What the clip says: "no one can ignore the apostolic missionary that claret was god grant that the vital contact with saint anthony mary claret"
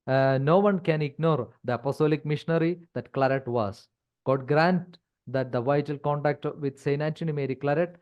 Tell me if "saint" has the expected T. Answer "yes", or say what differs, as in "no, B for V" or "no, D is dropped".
no, T is dropped